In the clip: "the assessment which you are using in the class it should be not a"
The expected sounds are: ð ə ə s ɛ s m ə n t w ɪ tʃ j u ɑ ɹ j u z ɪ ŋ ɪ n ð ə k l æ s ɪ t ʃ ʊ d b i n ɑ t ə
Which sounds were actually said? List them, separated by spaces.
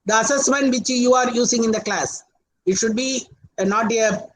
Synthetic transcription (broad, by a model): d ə ə s ɛ s m ə n t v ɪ tʃ j u ɑ ɹ j u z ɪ ŋ ɪ n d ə k l æ s ɪ t ʃ ʊ d b i n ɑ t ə